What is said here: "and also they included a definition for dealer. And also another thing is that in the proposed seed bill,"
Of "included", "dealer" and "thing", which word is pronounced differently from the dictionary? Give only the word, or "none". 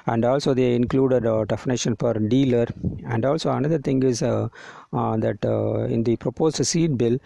thing